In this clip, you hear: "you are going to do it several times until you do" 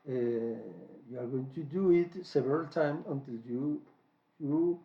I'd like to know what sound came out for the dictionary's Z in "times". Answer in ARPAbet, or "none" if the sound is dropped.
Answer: none